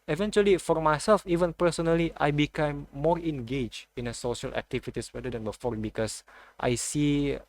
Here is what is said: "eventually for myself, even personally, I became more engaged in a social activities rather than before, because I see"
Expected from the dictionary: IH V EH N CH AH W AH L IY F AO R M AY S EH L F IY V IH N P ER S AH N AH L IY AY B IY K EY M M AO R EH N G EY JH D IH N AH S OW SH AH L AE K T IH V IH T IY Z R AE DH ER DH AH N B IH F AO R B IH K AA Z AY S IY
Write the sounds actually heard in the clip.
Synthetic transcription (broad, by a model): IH V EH N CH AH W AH L IY F AO R M AY S EH L F IY V IH N P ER S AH N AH L IY AY B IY K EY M M AO R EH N G EY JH IH N AH S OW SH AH L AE K T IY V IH T IY S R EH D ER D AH N B IH F AO R B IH K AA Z AY S IY